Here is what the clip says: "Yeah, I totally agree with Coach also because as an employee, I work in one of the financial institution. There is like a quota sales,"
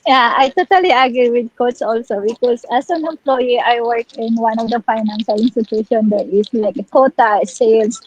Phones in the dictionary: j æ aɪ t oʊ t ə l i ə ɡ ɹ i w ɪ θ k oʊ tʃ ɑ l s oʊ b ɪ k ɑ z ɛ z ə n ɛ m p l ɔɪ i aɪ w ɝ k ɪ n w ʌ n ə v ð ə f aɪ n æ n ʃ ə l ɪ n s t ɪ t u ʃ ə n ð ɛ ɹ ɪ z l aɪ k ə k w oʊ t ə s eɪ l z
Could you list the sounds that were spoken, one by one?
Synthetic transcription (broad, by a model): j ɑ aɪ t oʊ t ə l i ə ɡ ɹ i w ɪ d k oʊ s ɑ l s oʊ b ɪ k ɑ s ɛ s ə n ɛ m p l ɔɪ i aɪ w ɝ k ɪ n w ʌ n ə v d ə f aɪ n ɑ n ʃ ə l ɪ n s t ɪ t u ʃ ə n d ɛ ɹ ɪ s l aɪ k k oʊ t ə s eɪ l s